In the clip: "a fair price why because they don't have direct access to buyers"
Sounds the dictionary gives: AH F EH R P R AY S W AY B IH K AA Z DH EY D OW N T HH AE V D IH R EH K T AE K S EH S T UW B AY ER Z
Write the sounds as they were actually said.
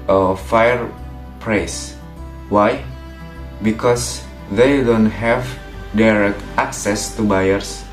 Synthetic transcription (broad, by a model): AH F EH R P R AY S W AY B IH K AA S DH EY D OW N T HH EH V D IH R EH K T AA K S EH S T UW B AY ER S